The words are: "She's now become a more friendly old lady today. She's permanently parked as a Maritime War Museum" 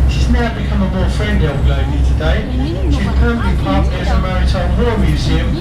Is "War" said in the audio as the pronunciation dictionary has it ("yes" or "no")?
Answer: no